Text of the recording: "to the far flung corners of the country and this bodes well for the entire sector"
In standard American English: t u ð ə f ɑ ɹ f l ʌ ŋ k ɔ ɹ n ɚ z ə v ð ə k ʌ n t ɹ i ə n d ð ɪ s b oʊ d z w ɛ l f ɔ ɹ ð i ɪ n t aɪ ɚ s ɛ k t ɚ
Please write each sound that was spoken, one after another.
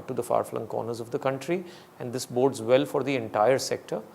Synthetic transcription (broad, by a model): t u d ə f ɑ ɹ f l ʌ ŋ k ɔ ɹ n ɚ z ə v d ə k ʌ n t ɹ i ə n d ɪ s b oʊ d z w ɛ l f ɔ ɹ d i ɪ n t aɪ ɚ s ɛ k t ɚ